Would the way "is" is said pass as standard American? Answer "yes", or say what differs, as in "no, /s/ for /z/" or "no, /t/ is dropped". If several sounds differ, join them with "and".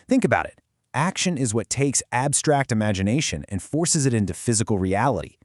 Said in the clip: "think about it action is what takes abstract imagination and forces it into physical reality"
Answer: yes